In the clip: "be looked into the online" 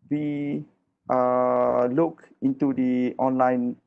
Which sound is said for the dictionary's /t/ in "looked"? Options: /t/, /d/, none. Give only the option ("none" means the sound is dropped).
none